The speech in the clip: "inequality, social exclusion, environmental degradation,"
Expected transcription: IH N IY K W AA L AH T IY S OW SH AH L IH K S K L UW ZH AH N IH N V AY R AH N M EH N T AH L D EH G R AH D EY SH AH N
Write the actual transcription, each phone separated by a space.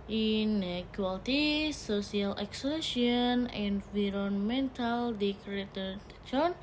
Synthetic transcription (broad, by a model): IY N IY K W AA L T IY S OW S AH L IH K S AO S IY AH N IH N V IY R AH N M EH N T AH L D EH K R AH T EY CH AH N